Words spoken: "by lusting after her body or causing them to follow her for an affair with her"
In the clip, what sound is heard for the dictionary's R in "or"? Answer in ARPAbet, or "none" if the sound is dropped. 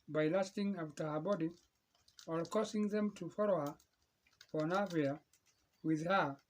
L